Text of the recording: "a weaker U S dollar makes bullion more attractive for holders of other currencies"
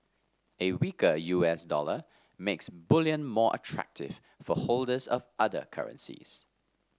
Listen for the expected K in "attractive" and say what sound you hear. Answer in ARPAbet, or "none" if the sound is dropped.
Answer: K